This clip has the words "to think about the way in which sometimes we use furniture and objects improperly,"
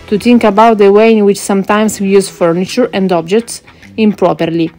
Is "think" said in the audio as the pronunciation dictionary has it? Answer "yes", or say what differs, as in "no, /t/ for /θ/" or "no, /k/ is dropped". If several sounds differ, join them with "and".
no, /t/ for /θ/